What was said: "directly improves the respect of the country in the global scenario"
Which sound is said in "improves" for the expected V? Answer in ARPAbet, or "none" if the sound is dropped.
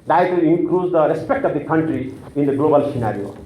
none